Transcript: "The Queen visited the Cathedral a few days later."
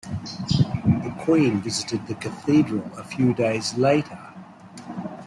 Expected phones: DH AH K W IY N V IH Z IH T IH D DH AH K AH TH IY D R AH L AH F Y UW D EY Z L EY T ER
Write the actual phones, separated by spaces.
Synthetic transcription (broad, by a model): DH AH K W IY N V IH Z IH T IH D DH AH K AH TH IY D R AH L AH F Y UW D EY Z L EY T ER